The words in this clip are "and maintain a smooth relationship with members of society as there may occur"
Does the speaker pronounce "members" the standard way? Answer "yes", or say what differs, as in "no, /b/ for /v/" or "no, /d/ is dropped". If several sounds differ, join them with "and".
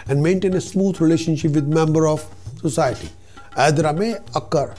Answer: no, /z/ is dropped